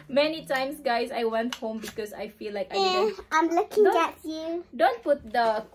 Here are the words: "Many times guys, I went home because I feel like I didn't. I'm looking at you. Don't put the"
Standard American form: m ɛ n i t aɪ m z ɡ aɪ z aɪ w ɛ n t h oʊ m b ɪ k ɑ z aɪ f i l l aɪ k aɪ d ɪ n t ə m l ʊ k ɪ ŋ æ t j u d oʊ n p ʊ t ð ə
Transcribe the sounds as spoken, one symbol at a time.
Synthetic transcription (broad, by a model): m ɛ n i t aɪ m s ɡ aɪ s aɪ w ɛ n t h oʊ m b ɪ k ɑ s aɪ f i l l aɪ k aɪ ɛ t ə m l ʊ k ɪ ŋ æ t j u d oʊ n p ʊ t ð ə